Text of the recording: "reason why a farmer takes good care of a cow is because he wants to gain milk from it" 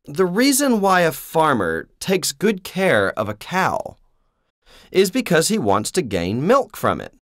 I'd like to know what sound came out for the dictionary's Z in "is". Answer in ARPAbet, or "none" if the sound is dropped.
Z